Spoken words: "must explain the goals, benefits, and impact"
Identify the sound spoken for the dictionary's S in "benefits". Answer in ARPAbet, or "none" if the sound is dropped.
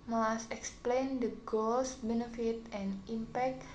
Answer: none